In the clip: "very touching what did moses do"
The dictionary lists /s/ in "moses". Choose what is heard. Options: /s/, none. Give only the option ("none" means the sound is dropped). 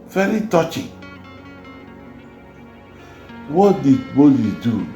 none